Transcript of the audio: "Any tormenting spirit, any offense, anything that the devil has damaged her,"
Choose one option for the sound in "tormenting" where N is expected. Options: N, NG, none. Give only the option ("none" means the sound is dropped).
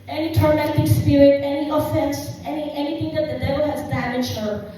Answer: none